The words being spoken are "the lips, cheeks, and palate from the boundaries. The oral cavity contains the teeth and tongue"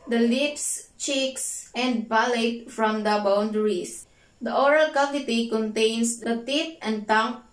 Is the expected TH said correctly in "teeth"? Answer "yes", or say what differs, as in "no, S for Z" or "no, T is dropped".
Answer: no, T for TH